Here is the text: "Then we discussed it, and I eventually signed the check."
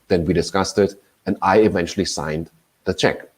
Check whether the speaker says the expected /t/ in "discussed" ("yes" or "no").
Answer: yes